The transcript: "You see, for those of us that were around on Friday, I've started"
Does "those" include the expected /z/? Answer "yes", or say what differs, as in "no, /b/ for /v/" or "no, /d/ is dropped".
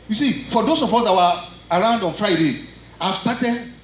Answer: no, /s/ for /z/